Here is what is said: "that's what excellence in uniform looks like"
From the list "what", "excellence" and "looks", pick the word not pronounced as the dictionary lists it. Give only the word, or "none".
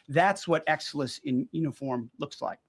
excellence